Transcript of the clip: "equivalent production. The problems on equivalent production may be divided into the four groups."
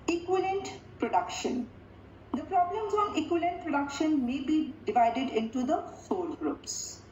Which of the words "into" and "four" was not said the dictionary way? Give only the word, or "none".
four